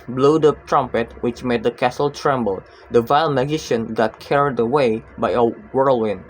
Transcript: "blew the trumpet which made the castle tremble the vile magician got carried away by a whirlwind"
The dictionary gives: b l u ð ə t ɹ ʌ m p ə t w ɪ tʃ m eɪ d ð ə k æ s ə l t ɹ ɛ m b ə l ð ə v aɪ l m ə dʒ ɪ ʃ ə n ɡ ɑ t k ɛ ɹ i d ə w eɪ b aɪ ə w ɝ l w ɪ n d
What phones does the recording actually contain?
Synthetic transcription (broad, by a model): b l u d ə t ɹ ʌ m p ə t w ɪ tʃ m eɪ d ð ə k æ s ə l t ɹ ɛ m b ə l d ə v aɪ l m ə dʒ ɪ ʃ ə n ɡ ɑ t k ɛ ɹ i d ə w eɪ b aɪ ə w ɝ l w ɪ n